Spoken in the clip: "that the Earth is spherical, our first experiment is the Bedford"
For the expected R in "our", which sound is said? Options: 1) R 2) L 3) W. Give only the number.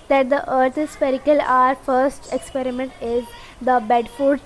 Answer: 1